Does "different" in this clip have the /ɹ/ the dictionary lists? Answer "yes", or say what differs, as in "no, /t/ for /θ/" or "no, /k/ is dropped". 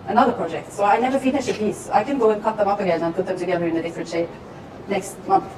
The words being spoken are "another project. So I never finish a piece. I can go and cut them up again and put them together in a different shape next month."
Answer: yes